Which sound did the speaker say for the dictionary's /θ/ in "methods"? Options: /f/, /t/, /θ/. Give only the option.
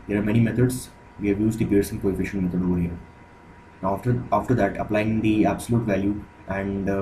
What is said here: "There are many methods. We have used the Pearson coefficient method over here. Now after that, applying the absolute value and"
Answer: /t/